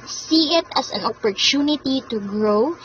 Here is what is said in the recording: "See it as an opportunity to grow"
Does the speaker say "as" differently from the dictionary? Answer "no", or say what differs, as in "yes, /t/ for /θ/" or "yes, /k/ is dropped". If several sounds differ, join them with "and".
yes, /s/ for /z/